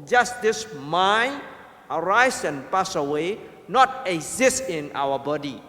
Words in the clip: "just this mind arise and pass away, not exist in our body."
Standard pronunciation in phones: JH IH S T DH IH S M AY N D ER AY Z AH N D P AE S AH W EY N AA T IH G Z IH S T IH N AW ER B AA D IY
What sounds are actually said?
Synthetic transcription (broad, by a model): JH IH S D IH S M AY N ER AY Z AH N P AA S AH W EY N AA T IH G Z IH S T IH N AW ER B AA D IY